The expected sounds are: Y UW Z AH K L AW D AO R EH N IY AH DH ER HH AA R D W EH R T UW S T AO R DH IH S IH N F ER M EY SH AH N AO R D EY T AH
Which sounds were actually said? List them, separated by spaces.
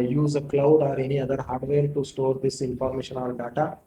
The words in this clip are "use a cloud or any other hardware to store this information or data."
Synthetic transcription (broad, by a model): Y UW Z AH K L AW D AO R EH N IY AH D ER HH AA R D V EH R T UW S T AO R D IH S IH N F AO M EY SH AH N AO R D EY T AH